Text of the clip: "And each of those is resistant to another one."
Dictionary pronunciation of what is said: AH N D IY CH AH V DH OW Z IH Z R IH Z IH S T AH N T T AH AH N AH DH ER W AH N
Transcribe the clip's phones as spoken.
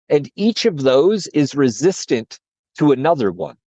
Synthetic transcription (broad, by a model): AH N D IY CH AH V DH OW Z IH Z R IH Z IH S T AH N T T AH AH N AH DH ER W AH N